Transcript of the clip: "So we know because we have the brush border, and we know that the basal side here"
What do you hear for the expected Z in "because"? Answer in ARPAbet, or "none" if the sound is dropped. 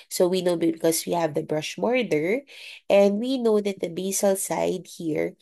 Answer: S